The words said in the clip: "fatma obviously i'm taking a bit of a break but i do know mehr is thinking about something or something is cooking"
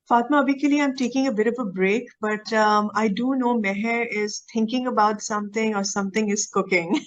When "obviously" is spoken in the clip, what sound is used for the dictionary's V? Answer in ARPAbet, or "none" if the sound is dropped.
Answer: none